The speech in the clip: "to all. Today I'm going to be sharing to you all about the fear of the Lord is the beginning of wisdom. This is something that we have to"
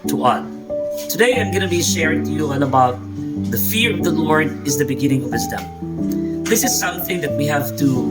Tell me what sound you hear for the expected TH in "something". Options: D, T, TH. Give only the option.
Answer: TH